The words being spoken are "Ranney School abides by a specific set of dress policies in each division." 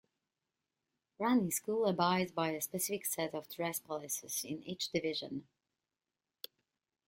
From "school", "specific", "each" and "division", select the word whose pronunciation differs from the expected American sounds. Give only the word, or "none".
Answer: none